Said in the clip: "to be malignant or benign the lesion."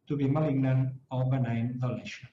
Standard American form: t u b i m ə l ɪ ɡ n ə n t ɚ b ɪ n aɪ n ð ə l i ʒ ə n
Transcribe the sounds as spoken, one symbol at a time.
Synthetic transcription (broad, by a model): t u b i m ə l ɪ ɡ n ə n ɚ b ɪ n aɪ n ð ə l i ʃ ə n